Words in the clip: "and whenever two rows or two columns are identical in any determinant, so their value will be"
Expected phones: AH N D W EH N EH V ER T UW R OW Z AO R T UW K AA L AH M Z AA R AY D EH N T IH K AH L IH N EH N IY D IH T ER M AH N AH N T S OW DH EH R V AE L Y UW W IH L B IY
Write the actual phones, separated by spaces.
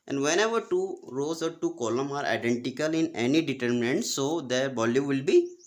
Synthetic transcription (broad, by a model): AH N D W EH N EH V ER T UW R OW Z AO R T UW K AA L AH M AA R AY D EH N T IH K AH L IH N EH N IY D IH T ER M AH N AH N T S OW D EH R B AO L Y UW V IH L B IY